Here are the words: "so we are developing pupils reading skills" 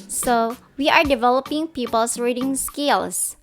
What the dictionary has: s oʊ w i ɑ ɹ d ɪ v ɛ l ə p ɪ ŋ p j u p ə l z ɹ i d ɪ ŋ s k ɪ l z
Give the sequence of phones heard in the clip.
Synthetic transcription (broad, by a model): s oʊ w i ɑ ɹ d ɪ v ɛ l ə p ɪ ŋ p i p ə l s ɹ i d ɪ ŋ s k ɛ l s